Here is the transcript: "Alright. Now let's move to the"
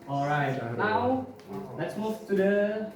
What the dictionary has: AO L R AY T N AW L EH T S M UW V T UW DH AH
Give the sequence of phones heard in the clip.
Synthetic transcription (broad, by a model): AO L R AY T N AW L EH T S M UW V T UW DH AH